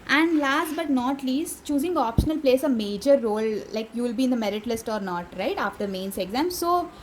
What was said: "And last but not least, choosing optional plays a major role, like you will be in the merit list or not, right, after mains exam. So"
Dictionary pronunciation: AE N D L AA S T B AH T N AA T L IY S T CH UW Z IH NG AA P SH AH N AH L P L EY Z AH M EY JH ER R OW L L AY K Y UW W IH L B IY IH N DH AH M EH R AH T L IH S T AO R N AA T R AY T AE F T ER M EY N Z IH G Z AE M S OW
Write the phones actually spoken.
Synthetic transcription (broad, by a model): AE N D L AA S T B AH T N AA T L IY S T CH UW Z IH NG AA P SH AH N AH L P L EY S AH M EY JH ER R OW L L AY K Y UW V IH L B IY IH N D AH M EH R AH T L IH S T AO R N AA T R AY T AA F T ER M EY N S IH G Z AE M S OW